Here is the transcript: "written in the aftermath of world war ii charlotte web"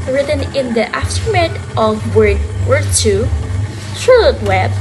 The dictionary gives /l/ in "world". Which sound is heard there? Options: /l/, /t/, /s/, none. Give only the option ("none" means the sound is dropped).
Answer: none